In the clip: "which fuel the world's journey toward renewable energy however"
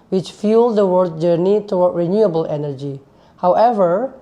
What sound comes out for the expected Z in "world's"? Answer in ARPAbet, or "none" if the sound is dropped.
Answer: none